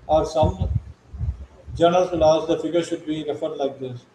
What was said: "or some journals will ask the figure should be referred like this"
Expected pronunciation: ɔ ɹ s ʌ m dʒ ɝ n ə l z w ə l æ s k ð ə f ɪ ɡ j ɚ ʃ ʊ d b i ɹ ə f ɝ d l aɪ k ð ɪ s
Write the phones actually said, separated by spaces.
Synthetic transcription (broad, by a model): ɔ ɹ s ʌ m dʒ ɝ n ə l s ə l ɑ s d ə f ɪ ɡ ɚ ʃ ʊ d b i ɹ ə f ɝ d l aɪ k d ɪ s